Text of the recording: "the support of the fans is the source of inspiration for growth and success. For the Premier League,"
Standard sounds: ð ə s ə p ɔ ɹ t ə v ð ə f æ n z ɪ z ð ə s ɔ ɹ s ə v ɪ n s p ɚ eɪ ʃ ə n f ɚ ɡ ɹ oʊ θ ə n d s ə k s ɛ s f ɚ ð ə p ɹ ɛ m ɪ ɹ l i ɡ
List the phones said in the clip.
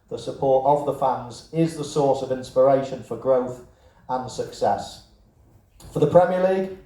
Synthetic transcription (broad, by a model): ð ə s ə p ɔ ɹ t ə v ð ə f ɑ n z ɪ z ð ə s ɔ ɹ s ə v ɪ n s p ɚ eɪ ʃ ə n f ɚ ɡ ɹ oʊ θ ə n s ə k s ɛ s f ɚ ð ə p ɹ ɛ m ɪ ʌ l i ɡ